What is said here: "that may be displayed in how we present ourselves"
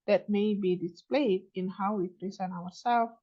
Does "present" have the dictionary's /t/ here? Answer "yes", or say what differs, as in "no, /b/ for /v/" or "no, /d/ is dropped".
no, /t/ is dropped